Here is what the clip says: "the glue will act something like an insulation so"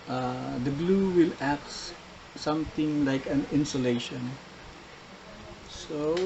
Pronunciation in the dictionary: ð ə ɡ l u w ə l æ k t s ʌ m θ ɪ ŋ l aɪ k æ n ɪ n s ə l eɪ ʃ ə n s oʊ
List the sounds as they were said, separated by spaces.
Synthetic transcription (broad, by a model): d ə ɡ l u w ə l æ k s s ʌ m t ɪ ŋ l aɪ k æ n ɪ n s ə l eɪ ʃ ə n s oʊ